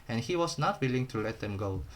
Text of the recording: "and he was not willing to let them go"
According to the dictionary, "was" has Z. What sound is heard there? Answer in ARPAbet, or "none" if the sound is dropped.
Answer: S